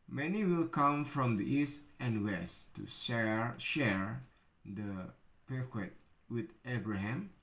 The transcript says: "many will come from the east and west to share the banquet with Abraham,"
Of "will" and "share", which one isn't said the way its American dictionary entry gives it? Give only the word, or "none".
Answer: none